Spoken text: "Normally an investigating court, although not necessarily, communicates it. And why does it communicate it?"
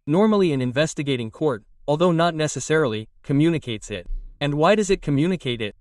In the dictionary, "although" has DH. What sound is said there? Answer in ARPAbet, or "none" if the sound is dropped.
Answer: DH